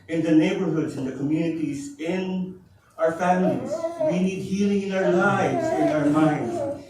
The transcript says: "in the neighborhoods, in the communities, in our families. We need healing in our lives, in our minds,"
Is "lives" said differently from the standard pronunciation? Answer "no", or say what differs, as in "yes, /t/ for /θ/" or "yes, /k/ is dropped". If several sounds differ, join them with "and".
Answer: no